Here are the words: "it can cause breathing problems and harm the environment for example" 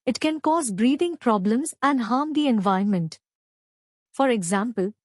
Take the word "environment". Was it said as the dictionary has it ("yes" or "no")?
no